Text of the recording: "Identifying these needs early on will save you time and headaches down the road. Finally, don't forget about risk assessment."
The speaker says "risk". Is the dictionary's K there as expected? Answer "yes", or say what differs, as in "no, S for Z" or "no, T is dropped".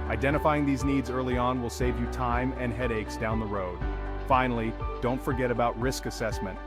yes